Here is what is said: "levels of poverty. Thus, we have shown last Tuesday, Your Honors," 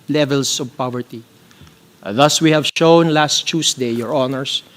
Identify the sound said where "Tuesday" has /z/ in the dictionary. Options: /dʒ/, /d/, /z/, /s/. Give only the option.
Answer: /s/